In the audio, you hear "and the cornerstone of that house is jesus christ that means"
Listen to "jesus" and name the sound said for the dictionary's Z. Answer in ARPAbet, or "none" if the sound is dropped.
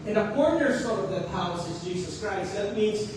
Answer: Z